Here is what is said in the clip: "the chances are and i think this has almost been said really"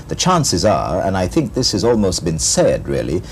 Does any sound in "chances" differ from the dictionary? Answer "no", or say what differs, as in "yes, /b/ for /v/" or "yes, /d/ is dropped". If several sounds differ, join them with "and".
no